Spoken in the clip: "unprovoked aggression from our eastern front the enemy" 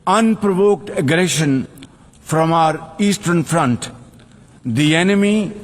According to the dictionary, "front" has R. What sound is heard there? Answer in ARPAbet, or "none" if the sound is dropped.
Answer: R